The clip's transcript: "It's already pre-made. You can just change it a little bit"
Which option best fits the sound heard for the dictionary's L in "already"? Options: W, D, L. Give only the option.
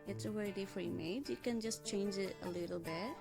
W